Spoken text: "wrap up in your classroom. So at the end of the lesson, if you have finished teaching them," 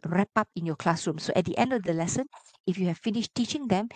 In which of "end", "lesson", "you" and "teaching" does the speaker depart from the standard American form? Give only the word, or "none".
none